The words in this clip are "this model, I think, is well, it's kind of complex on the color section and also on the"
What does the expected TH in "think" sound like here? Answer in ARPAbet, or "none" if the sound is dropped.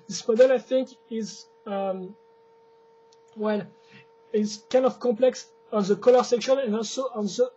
TH